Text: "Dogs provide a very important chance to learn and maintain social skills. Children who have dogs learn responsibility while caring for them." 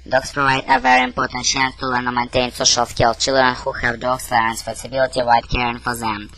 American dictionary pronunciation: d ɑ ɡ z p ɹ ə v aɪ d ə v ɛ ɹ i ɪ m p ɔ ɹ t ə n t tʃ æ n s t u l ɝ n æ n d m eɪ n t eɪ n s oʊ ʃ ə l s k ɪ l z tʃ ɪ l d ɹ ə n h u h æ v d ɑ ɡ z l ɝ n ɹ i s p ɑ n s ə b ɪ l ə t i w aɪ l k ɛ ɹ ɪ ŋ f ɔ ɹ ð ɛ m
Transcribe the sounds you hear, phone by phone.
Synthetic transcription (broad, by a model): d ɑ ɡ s p ɹ ə v aɪ d ə v ɛ ɹ i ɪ m p ɔ ɹ t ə n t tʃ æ n s t u l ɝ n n m eɪ n t eɪ n s oʊ ʃ ə l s k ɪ l tʃ ɪ l d ɹ ə n h u h æ v d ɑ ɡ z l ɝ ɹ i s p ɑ s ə b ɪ l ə t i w aɪ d k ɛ ɹ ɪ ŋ f ɔ ɹ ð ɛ m